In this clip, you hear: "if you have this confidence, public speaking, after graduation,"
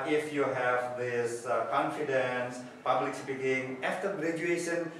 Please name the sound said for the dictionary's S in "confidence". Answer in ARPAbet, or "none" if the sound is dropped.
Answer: S